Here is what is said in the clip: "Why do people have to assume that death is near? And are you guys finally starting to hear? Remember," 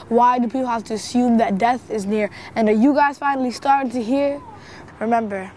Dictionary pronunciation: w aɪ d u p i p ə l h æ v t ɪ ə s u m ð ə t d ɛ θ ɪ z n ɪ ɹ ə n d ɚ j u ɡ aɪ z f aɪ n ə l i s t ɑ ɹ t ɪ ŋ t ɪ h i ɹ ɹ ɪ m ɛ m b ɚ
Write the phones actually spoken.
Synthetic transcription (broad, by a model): w aɪ d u p i p l h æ f t ɪ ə s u m ð ə t d ɛ θ ɪ z n ɪ ɹ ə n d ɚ j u ɡ aɪ z f aɪ n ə l i s t ɑ ɹ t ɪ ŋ t ɪ h i ɹ ɹ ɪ m ɛ m b ɚ